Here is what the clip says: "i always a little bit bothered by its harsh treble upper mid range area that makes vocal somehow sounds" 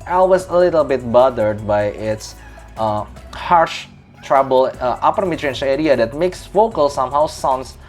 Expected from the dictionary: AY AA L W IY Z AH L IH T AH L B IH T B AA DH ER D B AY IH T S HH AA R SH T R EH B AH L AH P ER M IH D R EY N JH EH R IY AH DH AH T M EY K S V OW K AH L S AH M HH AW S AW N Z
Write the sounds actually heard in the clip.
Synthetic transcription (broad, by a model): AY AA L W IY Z AH L IH T AH L B IH T B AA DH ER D B AY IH T S HH AA R SH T R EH B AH L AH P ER M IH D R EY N SH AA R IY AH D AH T M EY K S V OW K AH L S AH M HH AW S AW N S